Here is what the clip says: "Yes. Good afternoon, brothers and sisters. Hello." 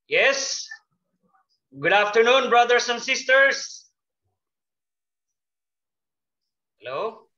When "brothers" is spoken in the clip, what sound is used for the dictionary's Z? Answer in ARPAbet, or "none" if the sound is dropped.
S